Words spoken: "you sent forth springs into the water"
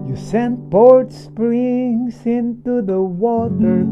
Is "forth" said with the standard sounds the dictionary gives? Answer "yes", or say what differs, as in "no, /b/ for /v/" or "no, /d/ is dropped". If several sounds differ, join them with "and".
no, /p/ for /f/ and /t/ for /θ/